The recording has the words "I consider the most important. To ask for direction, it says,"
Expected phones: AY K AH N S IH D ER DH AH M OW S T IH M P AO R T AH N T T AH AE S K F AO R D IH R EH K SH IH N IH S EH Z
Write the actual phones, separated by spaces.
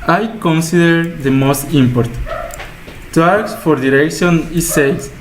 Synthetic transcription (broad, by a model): AY K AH N S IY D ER DH AH M OW S T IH M P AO R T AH T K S F AO R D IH R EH K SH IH N IH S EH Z